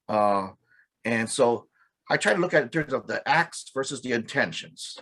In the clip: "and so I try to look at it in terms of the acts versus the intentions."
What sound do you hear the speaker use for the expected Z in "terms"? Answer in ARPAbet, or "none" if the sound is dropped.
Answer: Z